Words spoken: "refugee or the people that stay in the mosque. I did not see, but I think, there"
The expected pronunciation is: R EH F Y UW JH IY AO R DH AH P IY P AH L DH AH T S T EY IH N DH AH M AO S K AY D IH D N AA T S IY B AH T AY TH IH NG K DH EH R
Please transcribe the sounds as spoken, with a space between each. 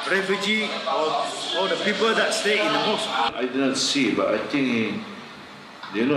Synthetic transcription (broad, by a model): R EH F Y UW JH IY AO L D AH P IY P AH L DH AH T S T EY IH N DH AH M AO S AY D IH D N AA T S IY B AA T AY T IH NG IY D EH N